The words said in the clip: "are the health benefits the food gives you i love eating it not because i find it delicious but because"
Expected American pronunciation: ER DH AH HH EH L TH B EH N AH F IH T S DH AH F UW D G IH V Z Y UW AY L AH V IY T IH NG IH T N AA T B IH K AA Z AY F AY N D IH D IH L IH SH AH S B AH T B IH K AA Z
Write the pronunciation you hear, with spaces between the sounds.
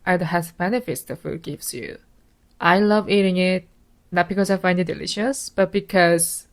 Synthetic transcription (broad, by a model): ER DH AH HH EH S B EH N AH F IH T S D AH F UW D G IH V S Y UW AY L AH V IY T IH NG IH T N AA T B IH K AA S AY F AY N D IH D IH L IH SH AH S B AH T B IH K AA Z